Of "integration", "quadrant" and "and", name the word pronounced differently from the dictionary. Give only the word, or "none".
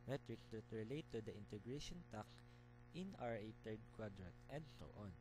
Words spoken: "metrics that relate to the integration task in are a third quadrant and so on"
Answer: quadrant